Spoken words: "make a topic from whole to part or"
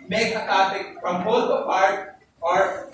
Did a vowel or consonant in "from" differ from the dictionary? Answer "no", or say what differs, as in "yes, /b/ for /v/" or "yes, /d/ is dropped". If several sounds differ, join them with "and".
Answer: yes, /p/ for /f/